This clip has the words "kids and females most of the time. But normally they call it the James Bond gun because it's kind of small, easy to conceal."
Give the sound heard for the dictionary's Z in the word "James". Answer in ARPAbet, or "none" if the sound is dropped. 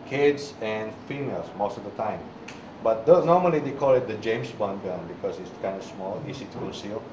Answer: S